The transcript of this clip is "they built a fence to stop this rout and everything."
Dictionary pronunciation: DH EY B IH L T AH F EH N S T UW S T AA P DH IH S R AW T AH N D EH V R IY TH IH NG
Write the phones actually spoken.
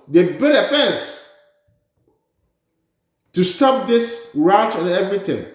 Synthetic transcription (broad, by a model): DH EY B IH T AH F EH N S T UW S T AA P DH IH S R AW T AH N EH V R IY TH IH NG